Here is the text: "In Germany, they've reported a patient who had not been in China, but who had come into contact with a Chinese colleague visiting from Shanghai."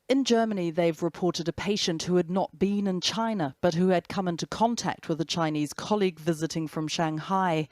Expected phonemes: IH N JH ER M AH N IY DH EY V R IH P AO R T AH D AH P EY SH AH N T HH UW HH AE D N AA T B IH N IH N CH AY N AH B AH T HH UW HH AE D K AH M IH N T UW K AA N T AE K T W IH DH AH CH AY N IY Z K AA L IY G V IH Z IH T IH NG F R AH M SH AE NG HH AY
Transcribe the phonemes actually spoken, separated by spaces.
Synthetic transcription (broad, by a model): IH N JH ER M AH N IY DH EY V R IH P AO R T AH D AH P EY SH AH N T HH UW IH D N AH T B IH N IH N CH AY N AH B AH T HH UW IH D K AH M IH N T UW K AA N T AE K T W IH DH AH CH AY N IY Z K AA L IY G V IH Z IH T IH NG F R AH M SH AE NG HH AY